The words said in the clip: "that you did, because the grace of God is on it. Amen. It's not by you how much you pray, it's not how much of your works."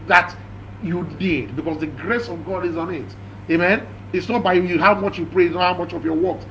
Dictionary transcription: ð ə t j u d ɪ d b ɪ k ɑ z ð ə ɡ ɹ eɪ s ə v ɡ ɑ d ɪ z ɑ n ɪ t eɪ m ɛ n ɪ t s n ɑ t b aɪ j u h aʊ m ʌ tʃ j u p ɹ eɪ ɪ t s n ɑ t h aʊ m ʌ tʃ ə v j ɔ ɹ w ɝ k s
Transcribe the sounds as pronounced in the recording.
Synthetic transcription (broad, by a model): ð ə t j u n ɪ d b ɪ k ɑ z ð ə ɡ ɹ eɪ s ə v ɡ ɑ d ɪ z ɑ n ɪ t eɪ m ɛ n ɪ t s n ɑ t b aɪ j u h aʊ m ʌ tʃ j u p ɹ eɪ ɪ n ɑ h aʊ m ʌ tʃ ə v j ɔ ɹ w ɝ k s